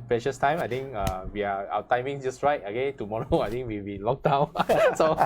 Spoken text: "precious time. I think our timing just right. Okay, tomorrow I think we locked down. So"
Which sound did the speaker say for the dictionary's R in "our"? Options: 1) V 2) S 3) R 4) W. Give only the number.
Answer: 4